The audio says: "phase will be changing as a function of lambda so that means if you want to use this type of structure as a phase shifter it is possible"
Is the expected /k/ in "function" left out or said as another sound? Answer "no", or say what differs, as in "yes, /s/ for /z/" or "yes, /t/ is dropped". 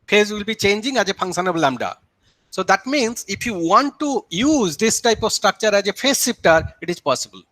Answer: yes, /k/ is dropped